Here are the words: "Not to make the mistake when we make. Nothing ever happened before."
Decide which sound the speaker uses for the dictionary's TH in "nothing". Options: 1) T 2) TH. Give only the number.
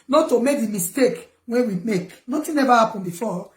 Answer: 1